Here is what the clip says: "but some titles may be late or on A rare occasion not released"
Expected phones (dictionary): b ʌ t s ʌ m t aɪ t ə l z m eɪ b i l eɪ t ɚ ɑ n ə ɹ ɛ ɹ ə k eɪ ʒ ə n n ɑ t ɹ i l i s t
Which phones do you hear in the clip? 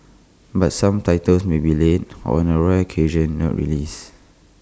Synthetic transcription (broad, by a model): b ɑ t s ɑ m t aɪ t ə l s m eɪ b i l eɪ t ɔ ɑ n ə ɹ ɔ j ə k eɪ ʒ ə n n ɑ t ɹ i l i s